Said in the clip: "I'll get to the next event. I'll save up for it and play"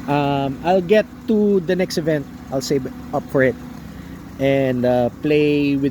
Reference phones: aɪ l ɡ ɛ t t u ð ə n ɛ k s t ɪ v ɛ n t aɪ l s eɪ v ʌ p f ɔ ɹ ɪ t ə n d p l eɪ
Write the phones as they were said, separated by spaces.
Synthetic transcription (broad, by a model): aɪ l ɡ ɛ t t u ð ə n ɛ k s t ɪ v ɛ n t aɪ l s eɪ b ʌ p f ɔ ɹ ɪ t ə n d p l eɪ